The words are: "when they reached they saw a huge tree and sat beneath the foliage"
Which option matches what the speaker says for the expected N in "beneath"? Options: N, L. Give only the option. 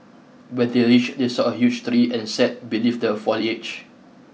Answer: L